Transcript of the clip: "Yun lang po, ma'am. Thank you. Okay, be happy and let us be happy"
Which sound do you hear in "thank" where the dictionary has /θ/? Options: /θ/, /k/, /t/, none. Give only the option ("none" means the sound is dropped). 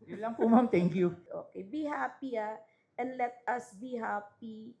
/t/